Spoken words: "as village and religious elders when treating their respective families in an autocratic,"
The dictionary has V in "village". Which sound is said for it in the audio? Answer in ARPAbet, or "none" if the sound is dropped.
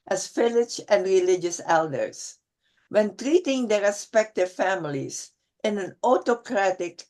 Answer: F